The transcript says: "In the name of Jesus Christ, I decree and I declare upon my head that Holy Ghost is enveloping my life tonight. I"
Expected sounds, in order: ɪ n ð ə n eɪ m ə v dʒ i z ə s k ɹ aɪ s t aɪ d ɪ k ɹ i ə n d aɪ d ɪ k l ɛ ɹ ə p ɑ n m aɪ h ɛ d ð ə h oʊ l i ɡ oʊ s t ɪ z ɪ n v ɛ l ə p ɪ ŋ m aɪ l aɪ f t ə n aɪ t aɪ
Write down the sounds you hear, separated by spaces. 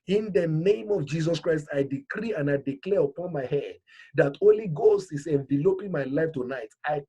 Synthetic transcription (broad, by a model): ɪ n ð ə n eɪ m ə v dʒ i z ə s k ɹ aɪ s t aɪ d ɪ k ɹ i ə n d aɪ d ɪ k l ɛ ɹ ə p ɑ n m aɪ h ɛ d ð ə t oʊ l i ɡ oʊ s t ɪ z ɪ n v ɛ l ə p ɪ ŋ m aɪ l aɪ f t ə n aɪ t aɪ